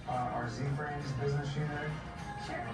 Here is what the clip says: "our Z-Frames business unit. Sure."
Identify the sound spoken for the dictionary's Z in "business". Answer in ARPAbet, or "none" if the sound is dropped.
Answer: Z